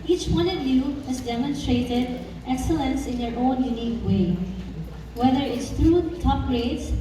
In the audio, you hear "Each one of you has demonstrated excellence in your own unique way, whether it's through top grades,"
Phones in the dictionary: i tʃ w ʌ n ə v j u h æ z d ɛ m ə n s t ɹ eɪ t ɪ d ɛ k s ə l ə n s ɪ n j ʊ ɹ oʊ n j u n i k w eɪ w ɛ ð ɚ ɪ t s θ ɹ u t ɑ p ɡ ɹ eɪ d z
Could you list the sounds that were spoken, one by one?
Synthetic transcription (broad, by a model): i tʃ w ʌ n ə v j u h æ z d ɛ m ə n s t ɹ eɪ t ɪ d ɛ k s ə l ə n s ɪ n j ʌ ɹ oʊ n j u n i k w eɪ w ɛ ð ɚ ɪ t s t ɹ u t ɑ p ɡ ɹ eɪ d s